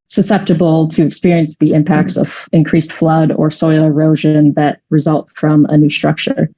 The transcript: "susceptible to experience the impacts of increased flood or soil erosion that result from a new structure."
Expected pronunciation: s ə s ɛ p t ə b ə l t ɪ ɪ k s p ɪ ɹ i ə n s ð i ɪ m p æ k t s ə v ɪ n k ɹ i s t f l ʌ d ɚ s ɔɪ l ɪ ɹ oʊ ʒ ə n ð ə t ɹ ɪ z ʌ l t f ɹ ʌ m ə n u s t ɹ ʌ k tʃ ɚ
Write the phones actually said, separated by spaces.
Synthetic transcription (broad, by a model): s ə s ɛ p t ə b l t ɪ ɪ k s p ɪ ɹ i ə n s ð i ɪ m p æ k t s ə v ɪ n k ɹ i s t f l ʌ d ɚ s ɔɪ l ɪ ɹ oʊ ʒ ə n ð ə t ɹ ɪ z ʌ l t f ɹ ʌ m ə n u s t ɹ ʌ k tʃ ɚ